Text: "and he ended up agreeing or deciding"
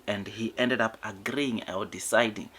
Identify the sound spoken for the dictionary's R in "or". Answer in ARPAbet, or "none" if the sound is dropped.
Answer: L